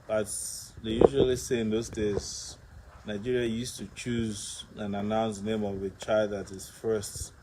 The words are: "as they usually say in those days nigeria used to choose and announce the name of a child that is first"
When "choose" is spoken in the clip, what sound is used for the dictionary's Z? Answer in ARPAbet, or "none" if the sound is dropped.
Z